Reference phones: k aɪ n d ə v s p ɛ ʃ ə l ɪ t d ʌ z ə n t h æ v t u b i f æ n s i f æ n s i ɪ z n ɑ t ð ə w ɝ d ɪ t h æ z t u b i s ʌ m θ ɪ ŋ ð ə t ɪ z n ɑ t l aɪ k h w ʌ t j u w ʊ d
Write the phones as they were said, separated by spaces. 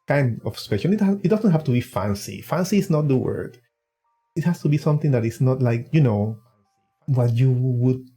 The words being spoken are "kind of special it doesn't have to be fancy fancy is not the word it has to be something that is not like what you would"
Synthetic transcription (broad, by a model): k aɪ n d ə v s p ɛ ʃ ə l ɪ t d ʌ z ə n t h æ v t u b i f æ n s i f æ n s i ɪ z n ɑ t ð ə w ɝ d ɪ t h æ s t u b i s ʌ m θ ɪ ŋ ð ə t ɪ s n ɑ t l aɪ k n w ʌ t j u w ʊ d